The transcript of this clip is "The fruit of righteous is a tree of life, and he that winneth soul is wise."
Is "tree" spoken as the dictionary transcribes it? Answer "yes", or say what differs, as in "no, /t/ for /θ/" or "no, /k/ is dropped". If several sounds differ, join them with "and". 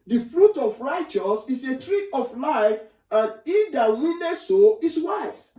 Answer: yes